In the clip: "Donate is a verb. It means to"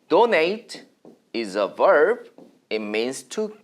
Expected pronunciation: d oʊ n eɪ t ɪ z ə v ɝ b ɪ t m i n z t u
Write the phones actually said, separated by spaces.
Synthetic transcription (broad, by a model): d oʊ n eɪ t ɪ z ə v ɝ b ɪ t m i n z t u